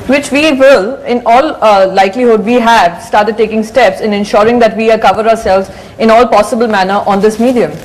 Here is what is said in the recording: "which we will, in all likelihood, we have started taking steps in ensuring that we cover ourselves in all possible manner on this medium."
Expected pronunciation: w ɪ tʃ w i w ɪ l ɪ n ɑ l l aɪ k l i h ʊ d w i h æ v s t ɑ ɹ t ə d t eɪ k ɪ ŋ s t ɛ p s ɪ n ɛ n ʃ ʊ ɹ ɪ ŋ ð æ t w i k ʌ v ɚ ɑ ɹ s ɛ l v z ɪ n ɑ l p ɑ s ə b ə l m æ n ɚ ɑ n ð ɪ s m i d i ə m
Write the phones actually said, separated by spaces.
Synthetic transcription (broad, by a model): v ɪ tʃ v i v ɪ l ɪ n ɑ l l aɪ k l i h ʊ d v i h æ v s t ɑ ɹ t ə d t eɪ k ɪ ŋ s t ɛ p s ɪ n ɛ n ʃ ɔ ɹ ɪ ŋ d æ t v i k ʌ v ɚ ɑ ɹ s ɛ l v z ɪ n ɑ l p ɑ s ə b ə l m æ n ɚ ɑ n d ɪ s m i d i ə m